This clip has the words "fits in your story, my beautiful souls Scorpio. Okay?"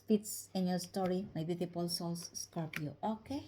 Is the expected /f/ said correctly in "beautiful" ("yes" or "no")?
no